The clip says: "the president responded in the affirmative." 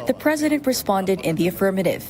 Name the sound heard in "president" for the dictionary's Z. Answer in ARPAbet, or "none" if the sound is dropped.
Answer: Z